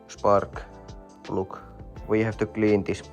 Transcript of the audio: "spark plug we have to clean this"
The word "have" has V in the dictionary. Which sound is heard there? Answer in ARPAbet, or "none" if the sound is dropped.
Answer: F